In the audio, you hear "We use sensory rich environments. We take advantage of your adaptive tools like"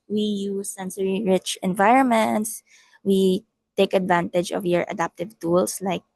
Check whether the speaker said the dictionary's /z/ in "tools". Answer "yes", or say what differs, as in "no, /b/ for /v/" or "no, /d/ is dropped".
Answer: no, /s/ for /z/